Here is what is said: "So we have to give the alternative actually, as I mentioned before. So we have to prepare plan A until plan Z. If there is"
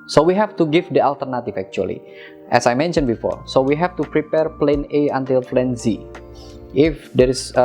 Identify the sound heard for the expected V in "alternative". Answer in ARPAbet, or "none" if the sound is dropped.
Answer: F